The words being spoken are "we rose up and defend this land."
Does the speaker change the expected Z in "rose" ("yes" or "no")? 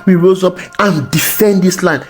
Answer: no